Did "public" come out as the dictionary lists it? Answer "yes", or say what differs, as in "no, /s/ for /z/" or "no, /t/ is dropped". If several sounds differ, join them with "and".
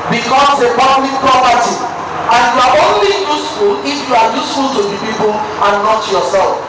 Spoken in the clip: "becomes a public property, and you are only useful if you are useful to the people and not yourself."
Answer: no, /b/ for /p/ and /b/ is dropped